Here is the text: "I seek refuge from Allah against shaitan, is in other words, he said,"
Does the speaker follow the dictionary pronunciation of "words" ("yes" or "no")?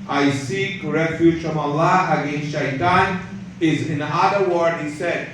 no